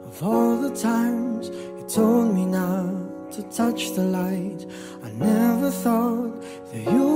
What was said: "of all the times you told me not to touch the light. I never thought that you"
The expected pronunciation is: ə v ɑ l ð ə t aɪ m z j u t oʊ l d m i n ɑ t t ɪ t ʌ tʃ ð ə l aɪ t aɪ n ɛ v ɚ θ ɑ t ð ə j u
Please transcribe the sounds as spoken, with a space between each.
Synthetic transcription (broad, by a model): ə v ɑ l ð ə t aɪ m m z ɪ t oʊ l d m i n ɑ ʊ t ɪ t ʌ tʃ ð ə l aɪ t aɪ n ɛ v ɚ θ ɑ t ð ə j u